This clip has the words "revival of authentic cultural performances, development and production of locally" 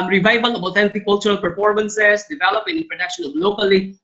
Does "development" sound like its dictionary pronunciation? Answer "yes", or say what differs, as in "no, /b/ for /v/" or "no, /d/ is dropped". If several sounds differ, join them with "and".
no, /m/ is dropped and /t/ is dropped